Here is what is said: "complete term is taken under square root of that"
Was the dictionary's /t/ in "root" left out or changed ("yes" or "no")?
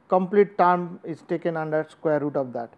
no